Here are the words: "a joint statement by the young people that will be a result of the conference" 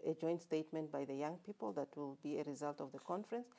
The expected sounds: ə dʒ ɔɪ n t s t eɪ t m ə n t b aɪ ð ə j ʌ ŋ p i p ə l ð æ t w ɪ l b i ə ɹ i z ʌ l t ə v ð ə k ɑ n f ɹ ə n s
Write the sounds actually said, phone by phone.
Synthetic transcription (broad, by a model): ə dʒ ɔɪ n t s t eɪ t m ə n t b aɪ ð ə j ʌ ŋ p i p ə l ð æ t w ɪ l b i ə ɹ i z ʌ l t ə v ð ə k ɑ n f ɹ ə n s